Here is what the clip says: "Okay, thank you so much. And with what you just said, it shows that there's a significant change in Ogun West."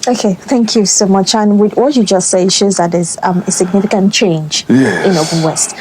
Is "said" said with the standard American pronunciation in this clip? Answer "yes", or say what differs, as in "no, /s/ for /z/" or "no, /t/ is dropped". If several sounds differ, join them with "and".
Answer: no, /d/ is dropped